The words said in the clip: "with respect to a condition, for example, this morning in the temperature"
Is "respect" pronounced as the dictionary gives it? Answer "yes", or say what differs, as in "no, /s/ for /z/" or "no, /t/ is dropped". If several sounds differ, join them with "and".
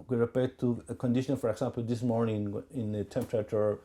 no, /s/ is dropped